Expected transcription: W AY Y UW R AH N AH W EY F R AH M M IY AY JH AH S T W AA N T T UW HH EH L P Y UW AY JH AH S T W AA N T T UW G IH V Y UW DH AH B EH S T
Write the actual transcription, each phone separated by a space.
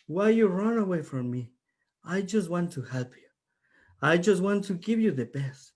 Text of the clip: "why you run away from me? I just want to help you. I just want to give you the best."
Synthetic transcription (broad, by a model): W AY Y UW R AH N AH W EY F R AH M M IY AY JH AH S T W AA N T T UW HH EH L P Y UW AY JH AH S T W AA N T T UW G IH V Y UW DH AH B EH S T